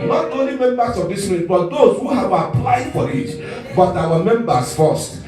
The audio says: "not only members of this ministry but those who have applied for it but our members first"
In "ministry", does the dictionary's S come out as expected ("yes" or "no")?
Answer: no